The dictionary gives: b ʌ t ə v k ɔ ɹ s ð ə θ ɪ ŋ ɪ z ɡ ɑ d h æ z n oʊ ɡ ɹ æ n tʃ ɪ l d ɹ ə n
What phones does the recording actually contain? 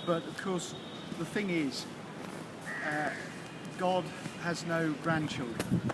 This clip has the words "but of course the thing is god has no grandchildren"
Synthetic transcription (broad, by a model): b ʌ t ə v k ɔ s ð ə θ ɪ ŋ ɪ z ɡ ɑ d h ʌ z n oʊ ɡ ɹ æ n tʃ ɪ l d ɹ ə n